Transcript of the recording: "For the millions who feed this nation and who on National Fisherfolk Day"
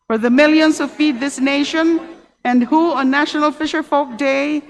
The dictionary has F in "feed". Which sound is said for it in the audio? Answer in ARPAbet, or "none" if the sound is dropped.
F